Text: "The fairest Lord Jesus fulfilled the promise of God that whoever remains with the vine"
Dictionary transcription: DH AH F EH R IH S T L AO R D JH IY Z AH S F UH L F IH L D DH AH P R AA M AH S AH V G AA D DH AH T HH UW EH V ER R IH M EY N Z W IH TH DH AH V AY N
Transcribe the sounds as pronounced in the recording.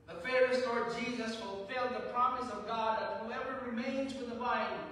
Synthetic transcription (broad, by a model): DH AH F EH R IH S L AO R D JH IY Z AH S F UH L F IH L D DH AH P R AA M AH S AH V G AA D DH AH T HH UW EH V ER R IH M EY N Z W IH DH AH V AY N